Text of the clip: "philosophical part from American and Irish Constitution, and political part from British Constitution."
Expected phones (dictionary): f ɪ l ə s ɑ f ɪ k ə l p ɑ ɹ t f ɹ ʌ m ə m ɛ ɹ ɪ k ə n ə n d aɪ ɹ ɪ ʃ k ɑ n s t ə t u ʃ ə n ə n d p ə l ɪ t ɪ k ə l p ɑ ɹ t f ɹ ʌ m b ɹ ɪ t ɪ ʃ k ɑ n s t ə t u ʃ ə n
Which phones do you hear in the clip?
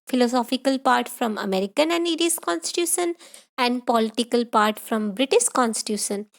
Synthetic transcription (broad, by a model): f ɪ l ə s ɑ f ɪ k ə l p ɑ ɹ t f ɹ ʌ m ə m ɛ ɹ ɪ k ə n ə n d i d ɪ s k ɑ n s t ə t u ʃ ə n ə n d p ə l ɪ t ɪ k ə l p ɑ ɹ t f ɹ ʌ m b ɹ ɪ t ɪ ʃ k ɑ n s t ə t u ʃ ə n